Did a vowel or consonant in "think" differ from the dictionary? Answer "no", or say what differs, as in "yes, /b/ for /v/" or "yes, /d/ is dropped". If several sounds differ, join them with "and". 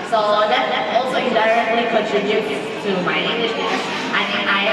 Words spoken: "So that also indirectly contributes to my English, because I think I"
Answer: yes, /k/ is dropped